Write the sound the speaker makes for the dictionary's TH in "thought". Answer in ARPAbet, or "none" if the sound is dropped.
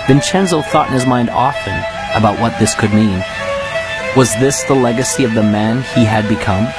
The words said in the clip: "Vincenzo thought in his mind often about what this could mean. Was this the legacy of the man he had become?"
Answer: TH